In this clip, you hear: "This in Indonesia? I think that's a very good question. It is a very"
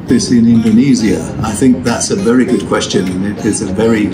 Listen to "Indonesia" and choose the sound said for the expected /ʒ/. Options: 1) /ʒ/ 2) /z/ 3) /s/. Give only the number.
2